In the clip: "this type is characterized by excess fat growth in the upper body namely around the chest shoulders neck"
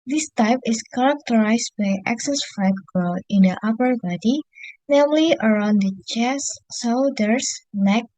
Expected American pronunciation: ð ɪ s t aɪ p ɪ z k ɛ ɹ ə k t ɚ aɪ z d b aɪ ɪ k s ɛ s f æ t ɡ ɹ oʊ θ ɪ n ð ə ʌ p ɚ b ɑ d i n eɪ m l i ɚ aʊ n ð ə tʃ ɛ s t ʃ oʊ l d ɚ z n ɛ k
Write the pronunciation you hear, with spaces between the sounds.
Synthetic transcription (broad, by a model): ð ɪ s t aɪ p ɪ s k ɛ ɹ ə k t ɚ aɪ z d b aɪ ɪ k s ɛ s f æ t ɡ ɹ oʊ ɪ n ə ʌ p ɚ b ɑ d i n eɪ m l i ɚ aʊ n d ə tʃ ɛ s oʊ d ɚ s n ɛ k